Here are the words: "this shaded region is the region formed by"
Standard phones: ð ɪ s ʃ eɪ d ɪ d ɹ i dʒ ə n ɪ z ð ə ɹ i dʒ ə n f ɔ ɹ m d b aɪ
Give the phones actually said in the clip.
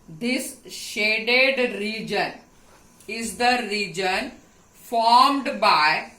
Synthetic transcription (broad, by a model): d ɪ s ʃ eɪ d ɪ d ɹ i dʒ ə n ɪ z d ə ɹ i dʒ ə n f ɔ ɹ m d b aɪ